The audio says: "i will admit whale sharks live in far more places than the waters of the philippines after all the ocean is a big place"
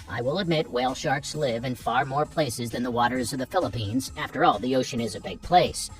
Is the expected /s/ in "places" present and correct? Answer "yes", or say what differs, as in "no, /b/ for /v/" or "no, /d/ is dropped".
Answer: yes